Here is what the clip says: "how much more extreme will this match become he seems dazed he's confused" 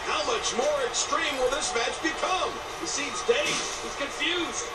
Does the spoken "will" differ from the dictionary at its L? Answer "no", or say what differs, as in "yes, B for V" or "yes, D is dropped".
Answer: no